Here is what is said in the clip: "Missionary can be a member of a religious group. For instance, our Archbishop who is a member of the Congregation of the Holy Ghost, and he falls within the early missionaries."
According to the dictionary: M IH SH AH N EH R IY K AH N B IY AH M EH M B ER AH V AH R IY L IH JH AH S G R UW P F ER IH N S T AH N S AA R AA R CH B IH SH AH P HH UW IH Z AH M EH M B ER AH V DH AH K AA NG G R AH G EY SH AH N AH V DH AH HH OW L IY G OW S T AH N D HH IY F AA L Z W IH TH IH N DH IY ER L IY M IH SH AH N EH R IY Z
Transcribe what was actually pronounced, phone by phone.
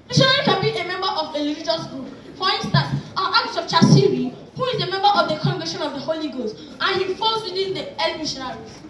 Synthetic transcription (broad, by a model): M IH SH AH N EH R IY K AH N B IY AH M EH M B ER AH V AH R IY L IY JH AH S G R UW P P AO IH N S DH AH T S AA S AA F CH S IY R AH HH UW IH Z AH M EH M B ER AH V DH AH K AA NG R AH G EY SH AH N AH V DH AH HH OW L IY G OW S T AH N HH IY F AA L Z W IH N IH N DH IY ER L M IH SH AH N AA R IY